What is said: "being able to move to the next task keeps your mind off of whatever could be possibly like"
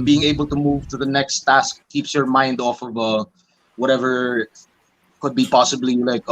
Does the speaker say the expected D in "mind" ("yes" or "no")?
yes